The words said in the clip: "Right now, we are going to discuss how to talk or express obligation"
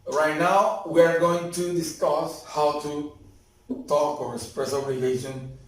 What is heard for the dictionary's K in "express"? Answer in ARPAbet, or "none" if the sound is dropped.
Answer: none